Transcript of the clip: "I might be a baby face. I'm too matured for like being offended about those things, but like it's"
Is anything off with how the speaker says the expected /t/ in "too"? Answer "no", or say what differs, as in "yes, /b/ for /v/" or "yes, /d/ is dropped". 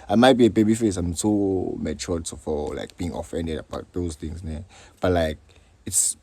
yes, /s/ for /t/